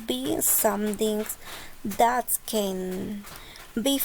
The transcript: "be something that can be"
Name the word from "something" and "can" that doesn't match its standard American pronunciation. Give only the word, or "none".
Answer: something